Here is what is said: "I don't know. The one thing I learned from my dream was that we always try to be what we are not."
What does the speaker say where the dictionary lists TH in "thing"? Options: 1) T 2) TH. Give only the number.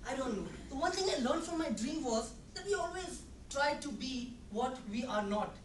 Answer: 1